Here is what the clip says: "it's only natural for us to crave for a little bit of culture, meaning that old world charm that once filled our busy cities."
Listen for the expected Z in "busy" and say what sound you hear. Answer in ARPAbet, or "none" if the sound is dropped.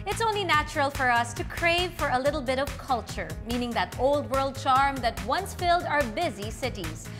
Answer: Z